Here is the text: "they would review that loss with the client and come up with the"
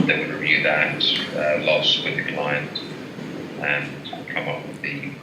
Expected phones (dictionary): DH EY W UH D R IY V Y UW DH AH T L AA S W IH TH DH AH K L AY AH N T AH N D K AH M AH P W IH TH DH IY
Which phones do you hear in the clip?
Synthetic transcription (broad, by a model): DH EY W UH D R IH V Y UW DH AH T L AA S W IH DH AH K L AY AH N T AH N K AH M AH P W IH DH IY